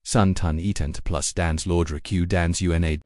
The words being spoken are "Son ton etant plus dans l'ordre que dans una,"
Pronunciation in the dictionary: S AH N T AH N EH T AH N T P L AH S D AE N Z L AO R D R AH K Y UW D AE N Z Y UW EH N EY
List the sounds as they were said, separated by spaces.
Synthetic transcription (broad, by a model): S AH N T AH N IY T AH N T P L AH S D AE N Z L AO R D R AH K Y UW D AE N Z Y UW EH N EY